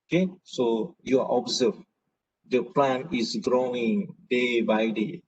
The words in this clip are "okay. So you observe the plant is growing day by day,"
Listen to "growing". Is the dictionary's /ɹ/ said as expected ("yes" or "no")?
yes